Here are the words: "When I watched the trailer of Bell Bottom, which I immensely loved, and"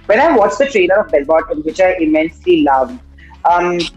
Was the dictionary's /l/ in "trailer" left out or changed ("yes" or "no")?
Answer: yes